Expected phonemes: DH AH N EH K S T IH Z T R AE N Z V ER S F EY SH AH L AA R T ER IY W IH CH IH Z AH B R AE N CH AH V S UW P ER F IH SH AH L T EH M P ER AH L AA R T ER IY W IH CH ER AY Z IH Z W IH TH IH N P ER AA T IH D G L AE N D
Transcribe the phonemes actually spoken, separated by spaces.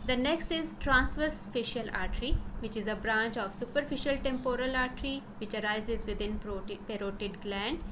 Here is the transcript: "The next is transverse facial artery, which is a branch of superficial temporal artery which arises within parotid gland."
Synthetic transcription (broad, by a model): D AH N EH K S T IH Z T R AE N S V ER S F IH SH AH L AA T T IY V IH CH IH Z AH B R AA N CH AH V S UW P ER F IH SH AH L T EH M P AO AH L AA R T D IY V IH CH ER AY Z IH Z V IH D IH N P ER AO T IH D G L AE N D